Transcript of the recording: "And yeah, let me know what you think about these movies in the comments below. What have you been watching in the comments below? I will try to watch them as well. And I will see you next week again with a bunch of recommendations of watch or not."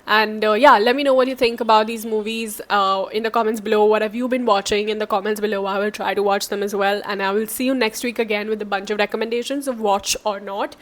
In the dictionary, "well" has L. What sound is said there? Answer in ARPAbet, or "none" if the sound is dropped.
L